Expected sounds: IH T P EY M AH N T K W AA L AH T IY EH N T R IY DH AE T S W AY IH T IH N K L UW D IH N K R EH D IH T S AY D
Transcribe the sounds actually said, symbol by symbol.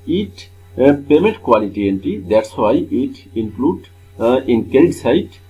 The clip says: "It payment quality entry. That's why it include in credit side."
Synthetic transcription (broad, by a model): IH T P EY M AH N T K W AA L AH T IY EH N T IY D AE T S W AY IH T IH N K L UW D IH N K EH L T S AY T